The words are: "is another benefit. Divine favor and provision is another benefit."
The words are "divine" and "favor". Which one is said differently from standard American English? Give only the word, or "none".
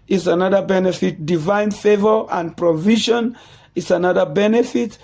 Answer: none